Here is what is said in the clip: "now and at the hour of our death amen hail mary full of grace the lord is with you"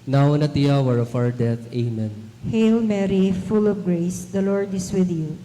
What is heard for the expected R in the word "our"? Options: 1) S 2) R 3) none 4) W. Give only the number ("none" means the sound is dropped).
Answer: 4